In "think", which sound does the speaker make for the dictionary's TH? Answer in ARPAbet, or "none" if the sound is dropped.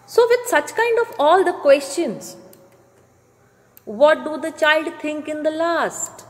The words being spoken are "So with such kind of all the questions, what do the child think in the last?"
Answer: T